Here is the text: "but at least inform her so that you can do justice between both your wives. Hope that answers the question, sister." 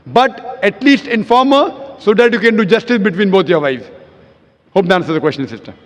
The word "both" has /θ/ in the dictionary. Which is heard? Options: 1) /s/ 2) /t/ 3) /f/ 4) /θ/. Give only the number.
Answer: 2